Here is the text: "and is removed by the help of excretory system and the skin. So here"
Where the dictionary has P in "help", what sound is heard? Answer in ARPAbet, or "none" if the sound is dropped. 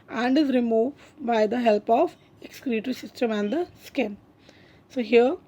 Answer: P